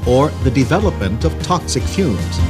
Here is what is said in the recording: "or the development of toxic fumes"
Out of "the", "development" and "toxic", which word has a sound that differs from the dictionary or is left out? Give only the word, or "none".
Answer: none